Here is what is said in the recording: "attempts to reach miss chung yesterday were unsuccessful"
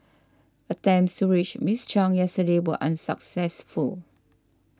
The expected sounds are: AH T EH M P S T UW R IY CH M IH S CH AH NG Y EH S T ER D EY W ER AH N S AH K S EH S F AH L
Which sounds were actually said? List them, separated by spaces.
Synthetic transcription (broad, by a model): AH T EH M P S T UW R IY CH M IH S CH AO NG Y EH S T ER D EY W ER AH N S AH K S EH S F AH L